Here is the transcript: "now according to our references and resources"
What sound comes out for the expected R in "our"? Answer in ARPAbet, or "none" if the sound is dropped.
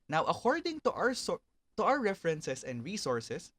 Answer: W